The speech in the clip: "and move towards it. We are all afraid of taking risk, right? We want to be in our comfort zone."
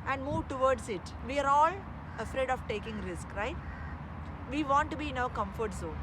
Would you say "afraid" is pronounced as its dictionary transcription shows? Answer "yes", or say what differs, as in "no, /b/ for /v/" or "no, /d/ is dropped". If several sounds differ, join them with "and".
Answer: yes